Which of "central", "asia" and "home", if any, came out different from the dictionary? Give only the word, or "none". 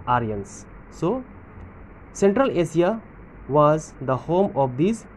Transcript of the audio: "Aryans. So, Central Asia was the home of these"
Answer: asia